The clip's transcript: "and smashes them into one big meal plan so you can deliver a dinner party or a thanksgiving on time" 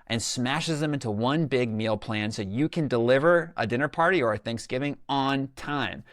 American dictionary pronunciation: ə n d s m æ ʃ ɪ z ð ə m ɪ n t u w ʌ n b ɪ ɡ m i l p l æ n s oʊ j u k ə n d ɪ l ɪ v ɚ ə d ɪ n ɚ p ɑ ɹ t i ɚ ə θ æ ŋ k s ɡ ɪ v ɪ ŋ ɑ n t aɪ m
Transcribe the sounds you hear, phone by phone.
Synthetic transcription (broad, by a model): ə n s m æ ʃ ɪ z ð ə m ɪ n t u w ʌ n b ɪ ɡ m i l p l æ n s oʊ j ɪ k ə n d ɪ l ɪ v ɚ ə d ɪ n ɚ p ɑ ɹ t i ɚ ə θ æ ŋ k s ɡ ɪ v ɪ ŋ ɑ n t aɪ m